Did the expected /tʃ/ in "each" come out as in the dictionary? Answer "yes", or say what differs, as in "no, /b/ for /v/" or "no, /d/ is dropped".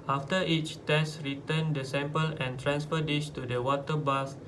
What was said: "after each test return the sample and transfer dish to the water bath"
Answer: yes